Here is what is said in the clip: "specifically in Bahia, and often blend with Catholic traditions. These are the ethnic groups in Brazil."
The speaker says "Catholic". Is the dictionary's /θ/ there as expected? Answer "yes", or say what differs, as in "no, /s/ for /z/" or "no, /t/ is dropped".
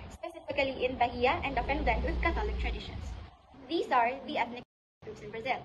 no, /t/ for /θ/